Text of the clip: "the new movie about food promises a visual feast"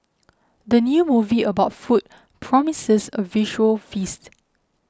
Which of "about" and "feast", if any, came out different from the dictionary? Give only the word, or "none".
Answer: none